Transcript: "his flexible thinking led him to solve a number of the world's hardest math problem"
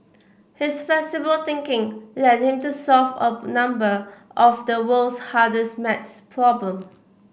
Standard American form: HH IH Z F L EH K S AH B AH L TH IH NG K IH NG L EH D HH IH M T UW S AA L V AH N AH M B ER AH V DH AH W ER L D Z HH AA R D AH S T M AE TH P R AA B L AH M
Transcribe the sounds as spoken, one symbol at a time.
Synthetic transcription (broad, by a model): HH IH S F L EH S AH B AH L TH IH NG K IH NG L EH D HH IH M T UW S AA L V AH N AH M B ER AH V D AH W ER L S HH AA D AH S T M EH S P R AA B L AH M